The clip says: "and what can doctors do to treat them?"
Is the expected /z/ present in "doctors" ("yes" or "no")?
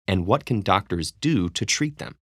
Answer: yes